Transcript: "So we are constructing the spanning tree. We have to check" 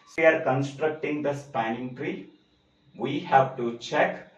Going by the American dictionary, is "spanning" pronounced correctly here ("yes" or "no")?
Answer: yes